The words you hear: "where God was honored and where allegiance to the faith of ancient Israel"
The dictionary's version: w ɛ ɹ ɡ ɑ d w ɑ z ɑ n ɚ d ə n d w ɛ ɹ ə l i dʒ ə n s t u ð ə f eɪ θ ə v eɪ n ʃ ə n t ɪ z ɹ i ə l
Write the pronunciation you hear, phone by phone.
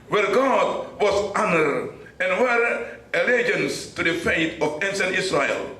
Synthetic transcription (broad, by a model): w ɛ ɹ ɡ ɑ d w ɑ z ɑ n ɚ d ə n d w ɛ ɹ ə l i dʒ ə n s t u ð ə f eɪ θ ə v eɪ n s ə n ɪ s ɹ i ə l